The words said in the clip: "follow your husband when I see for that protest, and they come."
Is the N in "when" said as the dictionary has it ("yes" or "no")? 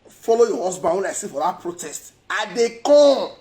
no